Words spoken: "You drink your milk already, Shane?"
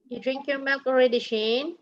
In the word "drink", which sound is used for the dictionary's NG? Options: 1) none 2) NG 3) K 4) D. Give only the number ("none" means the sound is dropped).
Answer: 2